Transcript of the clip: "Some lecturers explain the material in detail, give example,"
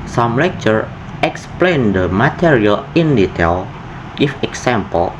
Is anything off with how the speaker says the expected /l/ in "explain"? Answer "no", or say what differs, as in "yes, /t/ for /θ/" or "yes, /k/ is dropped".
no